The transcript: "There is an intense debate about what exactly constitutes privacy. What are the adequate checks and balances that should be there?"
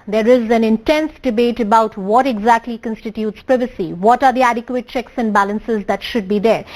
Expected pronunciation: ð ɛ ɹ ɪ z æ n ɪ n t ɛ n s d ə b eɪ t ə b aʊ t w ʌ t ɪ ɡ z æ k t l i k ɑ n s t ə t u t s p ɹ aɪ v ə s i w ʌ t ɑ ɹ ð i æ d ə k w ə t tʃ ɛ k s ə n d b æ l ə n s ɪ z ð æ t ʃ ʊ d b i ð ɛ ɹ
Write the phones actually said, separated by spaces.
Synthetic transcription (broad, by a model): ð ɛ ɹ ɪ z æ n ɪ n t ɛ n s d ə b eɪ t ə b aʊ t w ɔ t ɪ ɡ z æ k t l i k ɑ n s t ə t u t s p ɹ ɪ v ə s i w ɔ t ɑ ɹ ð i æ d ə k w ə t tʃ ɛ k s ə n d b æ l ə n s ɪ z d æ t ʃ ʊ d b i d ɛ ɹ